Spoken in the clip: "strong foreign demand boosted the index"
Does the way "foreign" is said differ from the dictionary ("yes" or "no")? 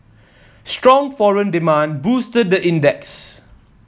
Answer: no